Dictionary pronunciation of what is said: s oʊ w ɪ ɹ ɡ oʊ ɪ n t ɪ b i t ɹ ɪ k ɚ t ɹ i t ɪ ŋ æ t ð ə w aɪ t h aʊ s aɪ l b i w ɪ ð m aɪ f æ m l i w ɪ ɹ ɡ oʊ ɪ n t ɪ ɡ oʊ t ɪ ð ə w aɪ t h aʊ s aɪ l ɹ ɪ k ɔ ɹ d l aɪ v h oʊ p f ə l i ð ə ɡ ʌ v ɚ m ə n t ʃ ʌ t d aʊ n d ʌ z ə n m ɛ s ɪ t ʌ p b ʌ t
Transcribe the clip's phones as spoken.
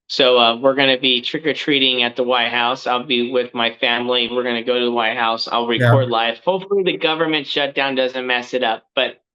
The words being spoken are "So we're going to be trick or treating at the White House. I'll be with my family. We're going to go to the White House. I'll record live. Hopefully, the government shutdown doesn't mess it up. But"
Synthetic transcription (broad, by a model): s oʊ w ɪ ɹ ɡ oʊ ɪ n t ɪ b i t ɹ ɪ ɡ ɚ t ɹ i t ɪ ŋ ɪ t ð ə w aɪ t h aʊ s aɪ l b i w ɪ ð m aɪ f æ m l i w ɪ ɹ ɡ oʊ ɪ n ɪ ɡ oʊ t ɪ ð ə w aɪ t h aʊ s aɪ l ɹ ɪ k ɔ ɹ d l aɪ f h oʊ f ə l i ð ə ɡ ʌ v ɚ m ə n t ʃ ʌ t d aʊ n d ʌ z ə n m ɛ s ɪ t ʌ p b ʌ t